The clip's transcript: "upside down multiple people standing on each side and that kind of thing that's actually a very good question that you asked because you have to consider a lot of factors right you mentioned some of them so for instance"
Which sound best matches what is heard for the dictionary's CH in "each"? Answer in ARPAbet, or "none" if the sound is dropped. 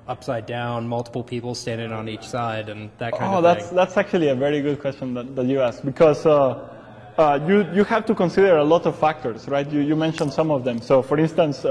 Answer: CH